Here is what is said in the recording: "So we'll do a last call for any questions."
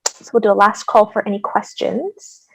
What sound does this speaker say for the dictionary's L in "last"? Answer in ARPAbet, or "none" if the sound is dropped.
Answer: L